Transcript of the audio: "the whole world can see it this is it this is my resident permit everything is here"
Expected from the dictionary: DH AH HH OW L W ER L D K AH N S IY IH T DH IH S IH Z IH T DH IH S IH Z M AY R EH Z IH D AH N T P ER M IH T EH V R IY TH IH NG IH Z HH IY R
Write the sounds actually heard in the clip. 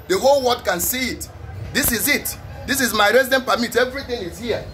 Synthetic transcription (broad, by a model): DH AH HH OW L W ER D K AH N S IY IH T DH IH S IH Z IH T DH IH S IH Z M AY R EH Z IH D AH N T P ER M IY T EH V R IY TH IH NG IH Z HH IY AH